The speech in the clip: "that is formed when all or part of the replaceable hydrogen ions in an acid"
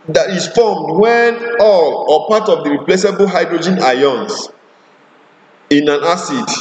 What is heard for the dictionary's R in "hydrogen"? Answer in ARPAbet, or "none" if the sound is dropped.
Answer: R